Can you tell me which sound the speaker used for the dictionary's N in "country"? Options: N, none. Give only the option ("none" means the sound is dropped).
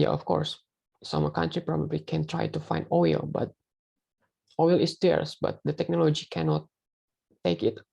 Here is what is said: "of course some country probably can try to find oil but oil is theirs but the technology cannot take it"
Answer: N